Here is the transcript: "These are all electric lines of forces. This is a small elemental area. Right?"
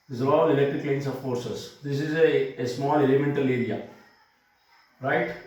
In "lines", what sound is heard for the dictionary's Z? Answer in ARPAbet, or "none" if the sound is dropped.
S